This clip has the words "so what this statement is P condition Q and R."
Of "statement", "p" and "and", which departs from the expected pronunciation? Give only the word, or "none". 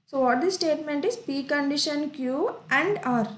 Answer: none